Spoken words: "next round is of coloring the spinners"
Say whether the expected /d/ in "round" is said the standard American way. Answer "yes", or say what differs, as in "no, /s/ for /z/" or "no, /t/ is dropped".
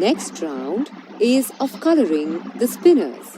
yes